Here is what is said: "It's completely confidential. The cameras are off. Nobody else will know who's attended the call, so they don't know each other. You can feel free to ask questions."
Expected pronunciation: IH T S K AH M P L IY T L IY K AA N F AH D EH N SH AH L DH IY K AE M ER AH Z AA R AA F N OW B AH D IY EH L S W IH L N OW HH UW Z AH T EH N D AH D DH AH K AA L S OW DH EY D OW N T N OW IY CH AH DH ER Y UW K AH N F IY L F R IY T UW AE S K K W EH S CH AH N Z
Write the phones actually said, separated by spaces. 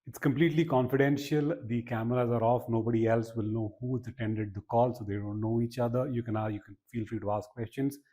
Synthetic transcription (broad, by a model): IH T S K AH M P L IY T L IY K AA N F AH D EH N SH AH L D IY K AE M ER AH Z AA R AA F N OW B AH D IY EH L S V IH L N OW HH UW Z AH T EH N D AH D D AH K AA L S OW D EY D OW N T N OW IY CH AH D ER Y UW K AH N F IY L F R IY T UW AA S K K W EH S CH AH N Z